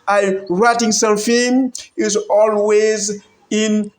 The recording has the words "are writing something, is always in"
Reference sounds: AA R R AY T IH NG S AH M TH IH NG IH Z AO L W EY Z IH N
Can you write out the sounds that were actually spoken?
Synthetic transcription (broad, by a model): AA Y R AY T IH NG S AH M F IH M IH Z AO L W EY Z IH N